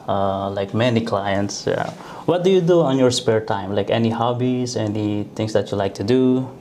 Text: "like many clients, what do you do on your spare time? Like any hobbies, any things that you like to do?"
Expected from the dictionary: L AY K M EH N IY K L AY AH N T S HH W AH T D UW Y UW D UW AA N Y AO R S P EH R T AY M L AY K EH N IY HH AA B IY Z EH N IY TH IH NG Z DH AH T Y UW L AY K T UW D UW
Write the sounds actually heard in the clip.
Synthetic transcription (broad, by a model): L AY K M EH N IY K L AY AH N T S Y W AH T D UW Y UW D UW AA N Y AO R S P EH R T AY M L AY K EH N IY HH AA B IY S EH N IY T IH NG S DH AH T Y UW L AY K T UW D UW